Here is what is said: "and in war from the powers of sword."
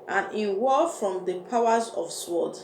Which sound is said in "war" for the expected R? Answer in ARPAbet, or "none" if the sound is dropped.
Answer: L